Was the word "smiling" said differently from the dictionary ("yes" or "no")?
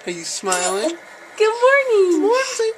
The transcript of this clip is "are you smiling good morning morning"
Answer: no